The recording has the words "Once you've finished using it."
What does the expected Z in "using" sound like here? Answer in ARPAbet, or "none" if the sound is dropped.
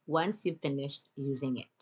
Z